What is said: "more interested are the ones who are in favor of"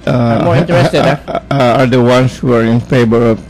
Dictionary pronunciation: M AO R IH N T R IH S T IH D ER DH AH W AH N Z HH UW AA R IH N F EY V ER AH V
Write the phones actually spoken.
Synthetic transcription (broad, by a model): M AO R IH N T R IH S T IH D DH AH W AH N S HH UW AA R IH N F EY B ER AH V